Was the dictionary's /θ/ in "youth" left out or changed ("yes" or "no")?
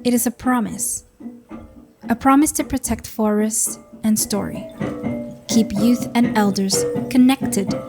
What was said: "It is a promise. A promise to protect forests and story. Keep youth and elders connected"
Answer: no